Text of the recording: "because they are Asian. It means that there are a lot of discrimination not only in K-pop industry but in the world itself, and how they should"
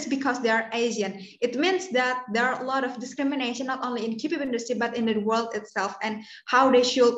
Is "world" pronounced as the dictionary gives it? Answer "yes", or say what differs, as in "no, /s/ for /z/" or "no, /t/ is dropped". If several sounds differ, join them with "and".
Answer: yes